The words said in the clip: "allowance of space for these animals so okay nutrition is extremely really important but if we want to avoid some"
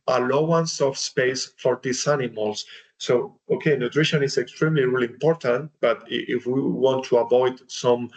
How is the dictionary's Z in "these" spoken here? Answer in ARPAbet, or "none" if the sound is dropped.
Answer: S